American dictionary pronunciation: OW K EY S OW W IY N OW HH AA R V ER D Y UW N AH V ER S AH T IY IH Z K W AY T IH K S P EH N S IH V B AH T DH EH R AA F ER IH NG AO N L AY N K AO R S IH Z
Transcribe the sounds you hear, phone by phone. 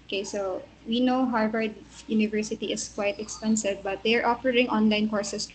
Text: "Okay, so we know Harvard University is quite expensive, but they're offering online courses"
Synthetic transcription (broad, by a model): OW K EY S OW W IY N OW HH AA R V ER D Y UW N AH V ER S AH T IY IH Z K W AY T IH K S P EH N S IH V B AH T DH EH R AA P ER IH NG AO N L AY N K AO R S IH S